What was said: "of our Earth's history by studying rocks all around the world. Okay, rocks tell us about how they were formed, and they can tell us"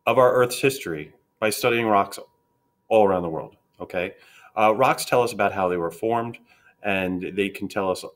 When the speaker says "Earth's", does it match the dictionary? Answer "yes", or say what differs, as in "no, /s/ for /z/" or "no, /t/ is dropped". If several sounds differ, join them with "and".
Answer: yes